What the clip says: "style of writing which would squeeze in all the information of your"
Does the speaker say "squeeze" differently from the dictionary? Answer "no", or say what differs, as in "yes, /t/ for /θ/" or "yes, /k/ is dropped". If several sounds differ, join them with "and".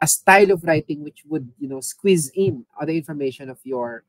no